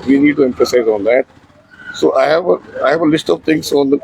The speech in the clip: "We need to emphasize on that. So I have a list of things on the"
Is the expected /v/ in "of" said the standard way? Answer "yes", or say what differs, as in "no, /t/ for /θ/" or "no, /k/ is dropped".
yes